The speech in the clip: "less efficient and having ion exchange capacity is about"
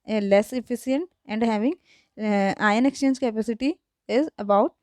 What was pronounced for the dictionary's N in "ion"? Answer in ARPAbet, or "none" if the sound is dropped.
N